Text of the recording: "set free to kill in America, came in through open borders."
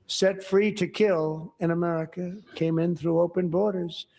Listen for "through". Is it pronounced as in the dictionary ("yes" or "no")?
yes